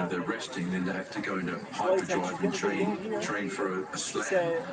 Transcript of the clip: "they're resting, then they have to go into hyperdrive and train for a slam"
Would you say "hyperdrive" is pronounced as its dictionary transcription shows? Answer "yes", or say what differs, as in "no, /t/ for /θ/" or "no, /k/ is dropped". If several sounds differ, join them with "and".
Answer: no, /p/ is dropped